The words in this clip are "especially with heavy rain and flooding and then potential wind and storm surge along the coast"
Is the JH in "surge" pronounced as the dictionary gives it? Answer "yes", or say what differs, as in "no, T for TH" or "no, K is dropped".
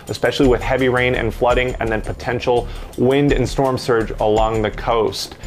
yes